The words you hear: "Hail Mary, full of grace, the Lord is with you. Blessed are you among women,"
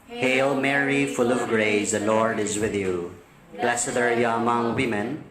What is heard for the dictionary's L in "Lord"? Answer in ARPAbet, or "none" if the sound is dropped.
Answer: L